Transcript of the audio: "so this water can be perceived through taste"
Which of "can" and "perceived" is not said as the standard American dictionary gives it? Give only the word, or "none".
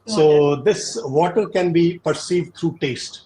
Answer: none